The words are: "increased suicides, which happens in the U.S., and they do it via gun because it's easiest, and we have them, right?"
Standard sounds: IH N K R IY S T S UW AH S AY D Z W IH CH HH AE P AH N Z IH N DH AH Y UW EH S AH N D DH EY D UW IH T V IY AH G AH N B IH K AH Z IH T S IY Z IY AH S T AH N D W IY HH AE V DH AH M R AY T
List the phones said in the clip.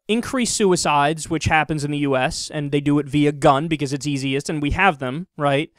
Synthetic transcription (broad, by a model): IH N K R IY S S UW AH S AY D Z W IH CH HH AE P AH N Z IH N DH AH Y UW EH S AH N DH EY D IH T V IY AH G AH N B IH K AH Z IH T S IY Z IY AH S T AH N W IY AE V DH AH M R AY T